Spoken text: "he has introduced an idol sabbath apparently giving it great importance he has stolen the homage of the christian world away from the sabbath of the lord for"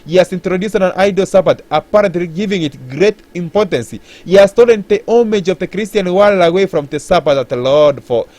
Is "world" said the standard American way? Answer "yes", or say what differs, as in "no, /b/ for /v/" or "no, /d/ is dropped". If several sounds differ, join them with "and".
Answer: no, /d/ is dropped